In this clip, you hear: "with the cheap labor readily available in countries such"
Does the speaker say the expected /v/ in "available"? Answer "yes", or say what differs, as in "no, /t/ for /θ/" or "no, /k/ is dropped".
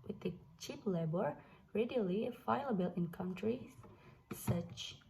no, /v/ is dropped